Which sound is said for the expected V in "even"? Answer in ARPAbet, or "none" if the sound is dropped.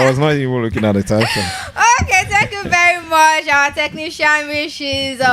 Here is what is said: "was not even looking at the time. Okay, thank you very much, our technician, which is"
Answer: W